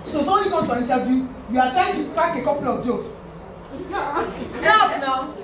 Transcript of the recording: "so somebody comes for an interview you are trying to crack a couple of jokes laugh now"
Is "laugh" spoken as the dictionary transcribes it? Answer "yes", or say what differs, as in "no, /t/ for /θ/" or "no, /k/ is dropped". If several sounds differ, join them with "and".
no, /n/ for /l/